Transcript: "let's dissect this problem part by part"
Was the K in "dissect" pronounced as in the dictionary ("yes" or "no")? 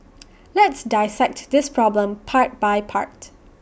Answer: yes